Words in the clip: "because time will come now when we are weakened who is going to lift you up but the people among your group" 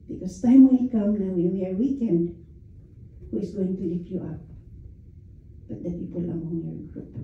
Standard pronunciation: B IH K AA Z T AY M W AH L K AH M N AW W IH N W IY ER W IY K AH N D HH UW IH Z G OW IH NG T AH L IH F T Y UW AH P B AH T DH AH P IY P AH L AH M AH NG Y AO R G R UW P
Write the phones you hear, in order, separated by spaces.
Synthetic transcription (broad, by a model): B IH K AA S T AY M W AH N K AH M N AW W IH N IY ER W IY K AH N D HH UW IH S G OW IH NG T AH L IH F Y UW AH P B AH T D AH P IY P AH L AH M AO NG Y AO R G R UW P